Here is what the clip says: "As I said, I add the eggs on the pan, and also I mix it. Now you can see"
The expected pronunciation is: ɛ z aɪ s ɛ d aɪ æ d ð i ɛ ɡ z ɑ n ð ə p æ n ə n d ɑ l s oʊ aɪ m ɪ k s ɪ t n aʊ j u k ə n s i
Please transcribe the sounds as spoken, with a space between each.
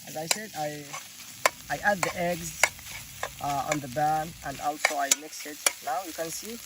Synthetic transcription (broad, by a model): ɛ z aɪ s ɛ d aɪ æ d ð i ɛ ɡ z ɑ n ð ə b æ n ə n d ɑ l s oʊ aɪ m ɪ k s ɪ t n aʊ j u k ə n s i